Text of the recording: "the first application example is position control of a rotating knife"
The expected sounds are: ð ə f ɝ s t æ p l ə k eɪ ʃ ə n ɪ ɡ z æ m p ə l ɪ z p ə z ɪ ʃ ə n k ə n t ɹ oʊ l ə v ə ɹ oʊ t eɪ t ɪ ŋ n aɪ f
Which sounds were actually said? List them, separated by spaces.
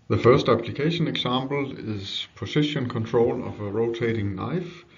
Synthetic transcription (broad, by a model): ð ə f ɝ s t æ p l ə k eɪ ʃ ə n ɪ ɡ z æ m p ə l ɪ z p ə s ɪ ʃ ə n k ə n t ɹ oʊ l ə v ə ɹ oʊ t eɪ t ɪ ŋ n aɪ f